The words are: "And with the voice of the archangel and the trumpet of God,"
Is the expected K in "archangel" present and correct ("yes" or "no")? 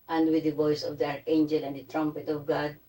no